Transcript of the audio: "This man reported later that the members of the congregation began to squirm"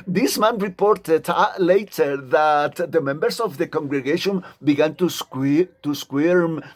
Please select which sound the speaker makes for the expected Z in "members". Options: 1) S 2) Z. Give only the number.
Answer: 1